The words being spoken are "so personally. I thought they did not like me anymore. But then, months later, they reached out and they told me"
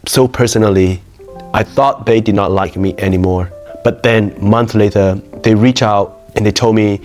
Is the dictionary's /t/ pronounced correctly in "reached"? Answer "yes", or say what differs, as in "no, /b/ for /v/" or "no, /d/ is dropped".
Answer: no, /t/ is dropped